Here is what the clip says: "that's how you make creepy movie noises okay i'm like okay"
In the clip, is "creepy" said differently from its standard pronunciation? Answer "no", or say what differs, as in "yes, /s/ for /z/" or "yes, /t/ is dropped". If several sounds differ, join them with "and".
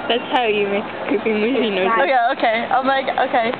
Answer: yes, /ɹ/ is dropped